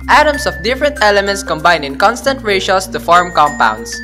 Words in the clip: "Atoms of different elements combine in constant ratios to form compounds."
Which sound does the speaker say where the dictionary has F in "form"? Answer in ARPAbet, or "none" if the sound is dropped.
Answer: F